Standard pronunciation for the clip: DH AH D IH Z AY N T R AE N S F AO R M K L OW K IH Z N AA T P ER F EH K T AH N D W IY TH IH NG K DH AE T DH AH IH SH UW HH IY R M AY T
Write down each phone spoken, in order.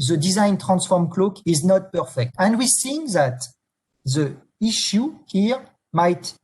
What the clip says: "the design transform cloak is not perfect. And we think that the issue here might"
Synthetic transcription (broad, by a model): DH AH D IH Z AY N T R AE N S F AO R M K L OW K IH Z N AA T P ER F EH K T AH N D W IY S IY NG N DH AE T DH AH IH SH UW HH IY R M AY T